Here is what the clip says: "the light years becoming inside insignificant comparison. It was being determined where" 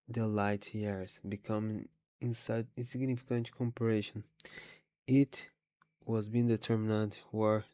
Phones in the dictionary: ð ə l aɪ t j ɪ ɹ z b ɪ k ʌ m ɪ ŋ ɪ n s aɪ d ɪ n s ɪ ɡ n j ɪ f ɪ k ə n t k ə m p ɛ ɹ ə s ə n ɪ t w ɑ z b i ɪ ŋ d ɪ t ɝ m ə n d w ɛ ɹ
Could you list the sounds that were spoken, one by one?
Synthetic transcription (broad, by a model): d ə l aɪ t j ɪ ɹ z b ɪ k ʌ m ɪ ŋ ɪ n s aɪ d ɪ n s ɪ ɡ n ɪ f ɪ k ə n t k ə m p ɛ ɹ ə ʃ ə n ɪ t w ɑ z b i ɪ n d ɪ t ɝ m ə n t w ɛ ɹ